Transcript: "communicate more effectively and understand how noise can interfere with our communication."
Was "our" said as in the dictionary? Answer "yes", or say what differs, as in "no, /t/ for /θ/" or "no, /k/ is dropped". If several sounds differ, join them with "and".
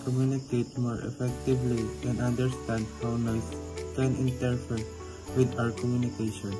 yes